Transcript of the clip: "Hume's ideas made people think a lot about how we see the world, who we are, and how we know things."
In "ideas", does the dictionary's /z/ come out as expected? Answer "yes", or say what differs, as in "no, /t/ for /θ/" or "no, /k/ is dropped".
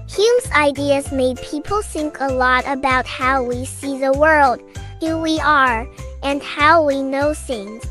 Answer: yes